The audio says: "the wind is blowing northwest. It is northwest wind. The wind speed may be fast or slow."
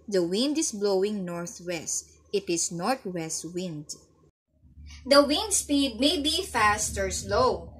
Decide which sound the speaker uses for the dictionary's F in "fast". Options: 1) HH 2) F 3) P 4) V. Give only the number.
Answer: 2